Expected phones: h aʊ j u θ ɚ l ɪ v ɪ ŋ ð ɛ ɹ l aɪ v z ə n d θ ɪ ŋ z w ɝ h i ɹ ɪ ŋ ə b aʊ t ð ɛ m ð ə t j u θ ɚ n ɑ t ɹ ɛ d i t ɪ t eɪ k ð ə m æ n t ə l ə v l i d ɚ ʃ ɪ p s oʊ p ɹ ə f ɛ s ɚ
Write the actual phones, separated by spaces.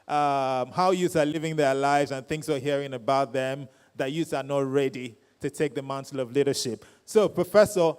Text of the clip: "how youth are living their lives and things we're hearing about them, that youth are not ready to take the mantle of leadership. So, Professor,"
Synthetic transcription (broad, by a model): h aʊ j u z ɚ l ɪ v ɪ ŋ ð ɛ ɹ l aɪ v z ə n θ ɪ ŋ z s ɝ h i ɹ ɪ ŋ ə b aʊ t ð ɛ m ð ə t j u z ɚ n ɑ t ɹ ɛ d i t ɪ t eɪ k ð ə m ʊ n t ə l ə v l i d ɚ ʃ ɪ p s oʊ p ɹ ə f ɛ s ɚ